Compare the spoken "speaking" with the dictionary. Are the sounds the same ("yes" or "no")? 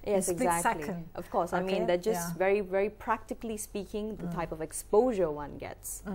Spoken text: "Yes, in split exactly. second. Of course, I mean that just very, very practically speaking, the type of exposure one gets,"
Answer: yes